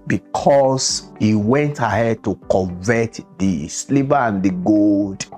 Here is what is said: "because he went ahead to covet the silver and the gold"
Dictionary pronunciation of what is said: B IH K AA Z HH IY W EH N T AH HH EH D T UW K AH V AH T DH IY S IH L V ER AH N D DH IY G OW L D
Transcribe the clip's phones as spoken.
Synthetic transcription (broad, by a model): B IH K AA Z HH IY W EH N T AH HH EH D T UW K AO V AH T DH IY S L B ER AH N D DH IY G OW L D